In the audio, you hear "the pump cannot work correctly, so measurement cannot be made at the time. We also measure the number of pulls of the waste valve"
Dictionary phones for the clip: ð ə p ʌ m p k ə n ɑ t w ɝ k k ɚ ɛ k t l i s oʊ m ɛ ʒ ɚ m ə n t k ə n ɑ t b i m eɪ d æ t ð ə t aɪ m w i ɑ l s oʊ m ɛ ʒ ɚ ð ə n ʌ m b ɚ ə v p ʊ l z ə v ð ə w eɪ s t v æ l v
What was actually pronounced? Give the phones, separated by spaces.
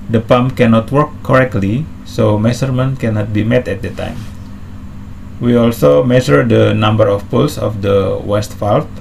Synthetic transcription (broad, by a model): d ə p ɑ m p k ə n ɑ t w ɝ k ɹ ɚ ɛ k t l i s oʊ m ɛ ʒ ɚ m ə n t k ə n ɑ t b i m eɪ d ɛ t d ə t aɪ m w i ɑ l s oʊ m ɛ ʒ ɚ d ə n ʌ m b ɚ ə f p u l s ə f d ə w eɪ s t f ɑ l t